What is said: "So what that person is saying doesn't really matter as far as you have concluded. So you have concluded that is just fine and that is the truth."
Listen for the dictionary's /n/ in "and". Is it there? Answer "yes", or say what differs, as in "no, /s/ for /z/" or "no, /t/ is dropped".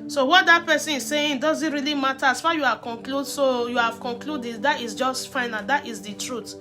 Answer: no, /l/ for /n/